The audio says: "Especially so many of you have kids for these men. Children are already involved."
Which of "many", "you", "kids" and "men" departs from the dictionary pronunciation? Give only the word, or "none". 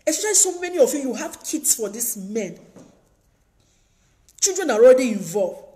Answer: kids